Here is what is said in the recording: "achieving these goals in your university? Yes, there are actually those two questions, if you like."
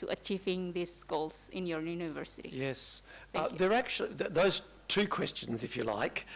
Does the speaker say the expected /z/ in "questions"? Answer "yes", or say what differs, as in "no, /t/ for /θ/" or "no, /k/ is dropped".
yes